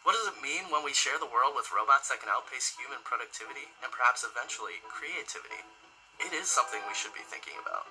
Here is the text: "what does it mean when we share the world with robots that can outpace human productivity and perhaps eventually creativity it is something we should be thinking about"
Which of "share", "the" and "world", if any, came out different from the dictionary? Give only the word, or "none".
none